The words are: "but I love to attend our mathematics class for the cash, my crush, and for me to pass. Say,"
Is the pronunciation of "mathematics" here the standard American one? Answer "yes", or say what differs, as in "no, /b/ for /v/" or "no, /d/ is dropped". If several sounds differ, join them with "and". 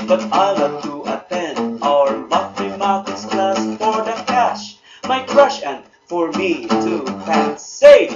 no, /k/ is dropped